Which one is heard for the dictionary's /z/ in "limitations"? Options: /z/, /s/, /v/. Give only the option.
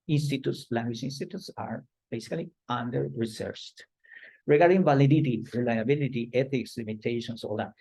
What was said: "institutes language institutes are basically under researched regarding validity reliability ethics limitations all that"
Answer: /s/